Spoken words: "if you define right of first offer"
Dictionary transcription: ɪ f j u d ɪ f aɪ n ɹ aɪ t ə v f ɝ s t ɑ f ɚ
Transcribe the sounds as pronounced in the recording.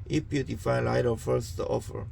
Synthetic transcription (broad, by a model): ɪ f j u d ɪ f aɪ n l aɪ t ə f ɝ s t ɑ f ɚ